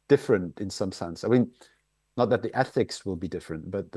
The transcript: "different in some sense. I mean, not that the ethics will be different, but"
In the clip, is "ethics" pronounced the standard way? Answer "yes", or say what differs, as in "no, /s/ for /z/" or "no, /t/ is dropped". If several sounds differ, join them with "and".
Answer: yes